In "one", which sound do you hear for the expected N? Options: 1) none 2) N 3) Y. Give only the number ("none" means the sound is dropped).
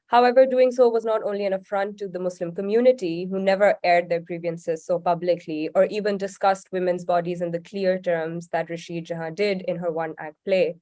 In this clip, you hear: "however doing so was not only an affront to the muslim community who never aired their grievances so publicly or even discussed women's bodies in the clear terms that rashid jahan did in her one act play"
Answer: 2